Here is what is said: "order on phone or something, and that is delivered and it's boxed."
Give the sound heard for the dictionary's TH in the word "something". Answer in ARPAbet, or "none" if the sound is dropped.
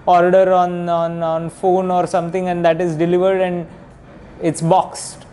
T